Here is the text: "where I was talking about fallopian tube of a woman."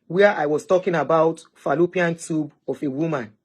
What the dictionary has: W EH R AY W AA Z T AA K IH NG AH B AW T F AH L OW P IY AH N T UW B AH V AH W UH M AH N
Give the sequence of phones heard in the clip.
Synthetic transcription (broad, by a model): W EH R AY W AA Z T AA K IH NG AH B AW T F AH L OW P IY AH N T UW B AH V AH W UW M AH N